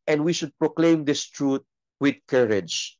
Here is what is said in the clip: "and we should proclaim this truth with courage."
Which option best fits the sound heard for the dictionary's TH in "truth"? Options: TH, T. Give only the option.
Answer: T